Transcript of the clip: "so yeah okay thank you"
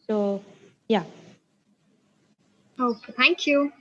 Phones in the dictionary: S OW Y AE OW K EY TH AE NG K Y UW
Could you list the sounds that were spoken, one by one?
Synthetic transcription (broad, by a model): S OW Y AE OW UH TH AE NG K Y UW